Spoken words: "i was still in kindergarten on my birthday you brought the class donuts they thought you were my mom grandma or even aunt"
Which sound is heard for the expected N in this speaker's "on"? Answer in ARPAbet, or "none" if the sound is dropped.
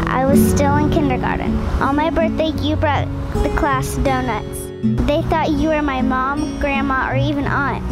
L